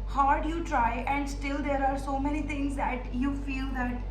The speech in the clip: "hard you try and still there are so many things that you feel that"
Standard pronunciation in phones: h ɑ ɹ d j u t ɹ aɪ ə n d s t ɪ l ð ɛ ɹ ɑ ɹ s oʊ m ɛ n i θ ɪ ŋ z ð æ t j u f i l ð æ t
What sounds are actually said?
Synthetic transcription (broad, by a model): h ɑ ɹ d j u t ɹ aɪ ə n d s t ɪ l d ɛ ɹ ɑ ɹ s oʊ m ɛ n i t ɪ ŋ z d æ t j u f i l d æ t